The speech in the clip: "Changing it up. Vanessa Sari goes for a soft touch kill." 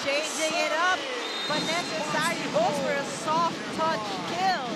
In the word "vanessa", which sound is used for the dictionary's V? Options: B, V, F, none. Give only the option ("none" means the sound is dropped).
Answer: B